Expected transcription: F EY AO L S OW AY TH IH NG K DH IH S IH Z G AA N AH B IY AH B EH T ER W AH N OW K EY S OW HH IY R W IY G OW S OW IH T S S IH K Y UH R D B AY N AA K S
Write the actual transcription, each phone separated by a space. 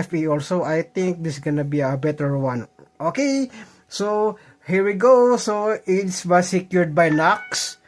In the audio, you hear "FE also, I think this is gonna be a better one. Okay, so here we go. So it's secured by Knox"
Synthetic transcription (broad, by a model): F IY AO L S OW AY T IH NG K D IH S G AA N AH B IY AH B EH T ER W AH N OW K EY S OW HH IY R W IY G OW S OW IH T S S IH K Y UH R D B AY N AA K S